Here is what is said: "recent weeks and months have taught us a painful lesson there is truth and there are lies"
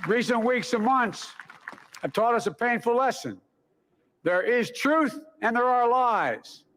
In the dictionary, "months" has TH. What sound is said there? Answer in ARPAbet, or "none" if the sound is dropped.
TH